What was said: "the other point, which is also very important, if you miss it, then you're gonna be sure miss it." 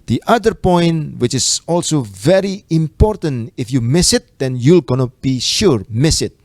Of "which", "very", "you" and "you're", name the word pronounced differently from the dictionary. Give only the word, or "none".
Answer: you're